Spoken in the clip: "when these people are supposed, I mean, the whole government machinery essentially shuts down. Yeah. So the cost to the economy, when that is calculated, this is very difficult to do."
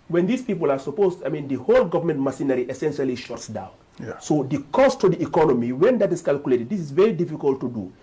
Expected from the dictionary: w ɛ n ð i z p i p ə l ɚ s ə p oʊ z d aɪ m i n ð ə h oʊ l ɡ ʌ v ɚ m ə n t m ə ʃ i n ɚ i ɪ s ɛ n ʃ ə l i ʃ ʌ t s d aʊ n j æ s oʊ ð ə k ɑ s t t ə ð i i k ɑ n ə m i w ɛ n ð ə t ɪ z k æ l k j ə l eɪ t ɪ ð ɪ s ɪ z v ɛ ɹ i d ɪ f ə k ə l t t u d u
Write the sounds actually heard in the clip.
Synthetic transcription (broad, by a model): w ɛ n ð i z p i p ə l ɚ s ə p oʊ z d aɪ m i n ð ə h oʊ l ɡ ʌ v ɚ m ə n t m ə s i n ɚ i ɪ s ɛ n ʃ ə l i ʃ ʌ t s d aʊ n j s oʊ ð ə k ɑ s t t ə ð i i k ɑ n ə m i w ɛ n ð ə t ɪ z k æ l k j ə l eɪ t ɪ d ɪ s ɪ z v ɛ ɹ i d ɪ f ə k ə l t t u d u